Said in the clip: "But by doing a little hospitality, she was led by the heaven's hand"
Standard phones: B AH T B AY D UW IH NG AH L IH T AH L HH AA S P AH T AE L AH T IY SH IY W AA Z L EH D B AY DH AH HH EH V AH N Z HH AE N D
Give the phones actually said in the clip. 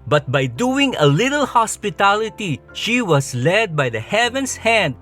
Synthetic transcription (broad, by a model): B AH T B AY D UW IH NG AH L IH T AH L HH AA S P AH T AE L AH T IY SH IY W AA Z L EH D B AY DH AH HH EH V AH N S HH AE N D